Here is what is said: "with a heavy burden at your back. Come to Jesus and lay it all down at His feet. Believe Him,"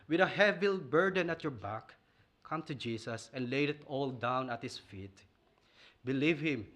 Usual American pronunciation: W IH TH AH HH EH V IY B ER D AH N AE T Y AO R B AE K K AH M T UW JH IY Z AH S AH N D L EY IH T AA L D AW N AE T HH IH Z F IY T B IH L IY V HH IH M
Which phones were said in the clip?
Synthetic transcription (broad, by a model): W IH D AH HH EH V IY B ER D AH N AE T Y AO R B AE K K AH M T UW JH IY S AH S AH N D L EY IH T AA L D AW N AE T HH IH S F IY T B IH L IY V HH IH M